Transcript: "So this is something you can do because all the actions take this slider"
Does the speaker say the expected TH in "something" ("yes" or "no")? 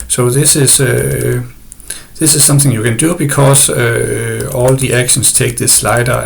yes